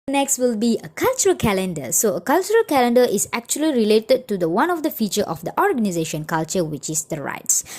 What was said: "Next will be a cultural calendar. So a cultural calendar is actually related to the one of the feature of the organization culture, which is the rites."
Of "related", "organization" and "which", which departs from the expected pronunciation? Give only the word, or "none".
none